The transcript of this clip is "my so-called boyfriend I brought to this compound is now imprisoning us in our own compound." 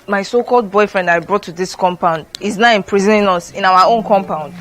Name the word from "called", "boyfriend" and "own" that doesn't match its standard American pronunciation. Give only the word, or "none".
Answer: none